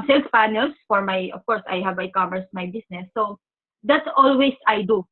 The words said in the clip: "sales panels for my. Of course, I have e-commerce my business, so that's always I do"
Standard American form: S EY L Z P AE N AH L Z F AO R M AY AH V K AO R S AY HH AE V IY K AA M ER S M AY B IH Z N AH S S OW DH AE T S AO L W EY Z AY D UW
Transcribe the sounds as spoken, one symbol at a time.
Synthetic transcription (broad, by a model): S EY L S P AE N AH L S F AO R M AY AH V K AO R S AY HH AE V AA K AA M ER S M AY B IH S N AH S S OW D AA T S AO L W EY S AY D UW